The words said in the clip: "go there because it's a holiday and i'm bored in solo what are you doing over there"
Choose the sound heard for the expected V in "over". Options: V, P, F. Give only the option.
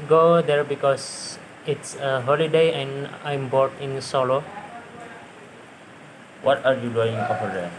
F